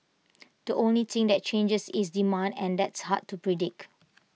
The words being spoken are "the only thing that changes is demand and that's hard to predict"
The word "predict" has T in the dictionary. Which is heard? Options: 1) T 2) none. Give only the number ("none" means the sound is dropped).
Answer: 2